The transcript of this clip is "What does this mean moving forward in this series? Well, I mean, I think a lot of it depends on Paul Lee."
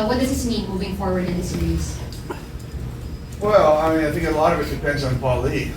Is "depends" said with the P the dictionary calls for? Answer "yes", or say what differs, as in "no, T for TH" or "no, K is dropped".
yes